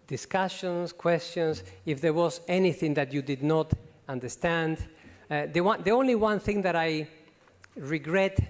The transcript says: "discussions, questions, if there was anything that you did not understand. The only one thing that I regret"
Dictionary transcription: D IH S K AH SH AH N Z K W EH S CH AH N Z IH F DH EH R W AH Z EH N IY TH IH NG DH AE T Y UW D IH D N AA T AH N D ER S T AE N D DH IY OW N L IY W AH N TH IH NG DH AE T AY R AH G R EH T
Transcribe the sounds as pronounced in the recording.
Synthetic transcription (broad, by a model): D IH S K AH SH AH N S K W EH S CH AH N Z IH F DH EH R W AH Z EH N IY TH IH NG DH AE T Y UW D IH D N AA T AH N D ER S T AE N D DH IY OW N L IY W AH N TH IH NG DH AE T AY R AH G R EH T